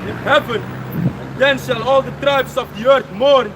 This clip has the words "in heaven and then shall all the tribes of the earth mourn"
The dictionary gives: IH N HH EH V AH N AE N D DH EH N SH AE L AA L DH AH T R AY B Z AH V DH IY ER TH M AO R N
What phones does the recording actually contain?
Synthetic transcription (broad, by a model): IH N HH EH V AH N N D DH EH N SH AE L AA L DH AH T R AY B S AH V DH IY ER TH M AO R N